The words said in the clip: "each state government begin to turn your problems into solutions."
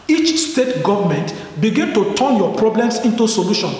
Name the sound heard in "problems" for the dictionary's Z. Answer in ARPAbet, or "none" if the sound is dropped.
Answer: S